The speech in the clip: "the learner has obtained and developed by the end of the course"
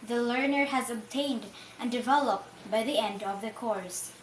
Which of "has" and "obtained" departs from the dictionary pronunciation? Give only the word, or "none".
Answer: none